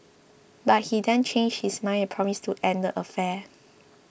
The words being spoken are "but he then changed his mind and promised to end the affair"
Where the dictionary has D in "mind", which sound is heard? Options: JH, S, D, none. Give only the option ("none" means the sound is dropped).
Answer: none